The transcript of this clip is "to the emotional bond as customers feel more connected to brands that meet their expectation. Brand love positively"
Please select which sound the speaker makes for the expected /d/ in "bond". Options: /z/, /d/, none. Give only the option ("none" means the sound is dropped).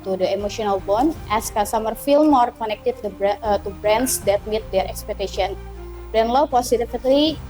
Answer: none